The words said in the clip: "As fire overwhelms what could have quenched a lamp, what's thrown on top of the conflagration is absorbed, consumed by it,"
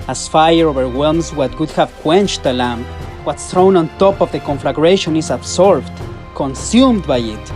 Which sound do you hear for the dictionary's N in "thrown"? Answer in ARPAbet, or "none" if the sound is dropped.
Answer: N